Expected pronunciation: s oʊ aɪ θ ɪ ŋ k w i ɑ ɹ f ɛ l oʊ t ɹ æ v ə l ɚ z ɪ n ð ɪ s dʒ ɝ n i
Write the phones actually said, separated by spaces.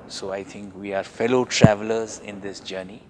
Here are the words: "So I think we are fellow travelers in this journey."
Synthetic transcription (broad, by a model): s oʊ aɪ t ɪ ŋ k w i ɑ ɹ f ɛ l oʊ t ɹ æ v ə l ɚ z ɪ n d ɪ s dʒ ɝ n i